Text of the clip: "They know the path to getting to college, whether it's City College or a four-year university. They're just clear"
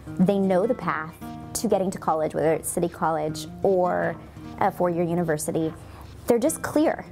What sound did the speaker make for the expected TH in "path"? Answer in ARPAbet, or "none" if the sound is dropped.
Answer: TH